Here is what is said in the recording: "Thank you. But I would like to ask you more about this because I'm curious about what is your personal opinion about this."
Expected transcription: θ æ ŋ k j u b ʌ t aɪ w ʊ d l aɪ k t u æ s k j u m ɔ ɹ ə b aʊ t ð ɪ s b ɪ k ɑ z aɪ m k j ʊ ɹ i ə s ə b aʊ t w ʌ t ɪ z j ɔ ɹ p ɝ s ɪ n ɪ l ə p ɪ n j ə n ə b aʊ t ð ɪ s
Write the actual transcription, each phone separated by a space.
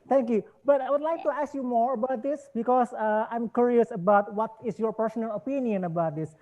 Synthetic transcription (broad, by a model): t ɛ ŋ k j u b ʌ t aɪ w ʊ d l aɪ k t u æ s k j u m ɔ ɹ ə b aʊ t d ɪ s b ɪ k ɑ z aɪ m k j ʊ ɹ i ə s ə b aʊ t w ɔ t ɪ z j ɔ ɹ p ɝ s ɪ n ɪ l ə p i n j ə n ə b aʊ t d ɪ s